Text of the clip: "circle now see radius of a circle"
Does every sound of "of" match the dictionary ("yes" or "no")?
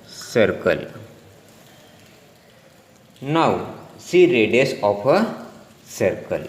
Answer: no